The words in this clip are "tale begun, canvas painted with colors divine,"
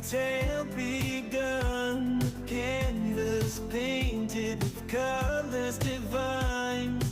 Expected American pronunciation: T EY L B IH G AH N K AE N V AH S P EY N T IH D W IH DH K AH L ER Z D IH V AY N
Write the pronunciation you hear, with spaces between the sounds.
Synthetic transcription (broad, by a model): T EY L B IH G AH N K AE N AH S P EY N T IH D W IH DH K AH L ER Z D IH V AY N